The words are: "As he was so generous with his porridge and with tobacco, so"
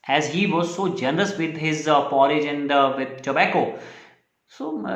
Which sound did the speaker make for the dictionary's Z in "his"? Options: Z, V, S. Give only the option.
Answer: Z